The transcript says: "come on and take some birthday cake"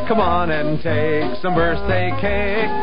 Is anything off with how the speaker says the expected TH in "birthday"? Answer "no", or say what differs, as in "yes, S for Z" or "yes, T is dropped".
yes, S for TH